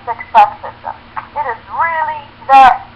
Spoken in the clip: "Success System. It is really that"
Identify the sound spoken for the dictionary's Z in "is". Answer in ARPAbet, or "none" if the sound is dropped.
Z